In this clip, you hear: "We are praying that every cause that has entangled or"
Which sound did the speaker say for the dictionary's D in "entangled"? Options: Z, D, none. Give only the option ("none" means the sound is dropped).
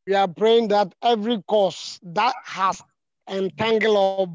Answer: none